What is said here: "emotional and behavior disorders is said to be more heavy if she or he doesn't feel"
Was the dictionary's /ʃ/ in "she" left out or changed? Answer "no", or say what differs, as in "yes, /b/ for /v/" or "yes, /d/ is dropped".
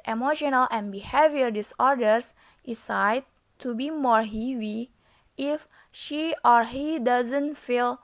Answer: no